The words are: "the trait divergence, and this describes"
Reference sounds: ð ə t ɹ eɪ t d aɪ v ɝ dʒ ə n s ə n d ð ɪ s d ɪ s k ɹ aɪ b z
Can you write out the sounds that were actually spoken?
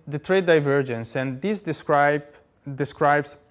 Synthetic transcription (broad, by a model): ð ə t ɹ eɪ d aɪ v ɝ dʒ ə n s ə n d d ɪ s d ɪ s k ɹ aɪ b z